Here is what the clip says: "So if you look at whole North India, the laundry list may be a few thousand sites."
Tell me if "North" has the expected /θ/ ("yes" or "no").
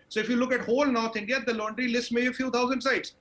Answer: no